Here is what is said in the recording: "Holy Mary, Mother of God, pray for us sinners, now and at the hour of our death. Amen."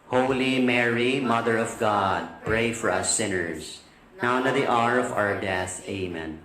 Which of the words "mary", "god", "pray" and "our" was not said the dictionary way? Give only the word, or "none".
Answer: none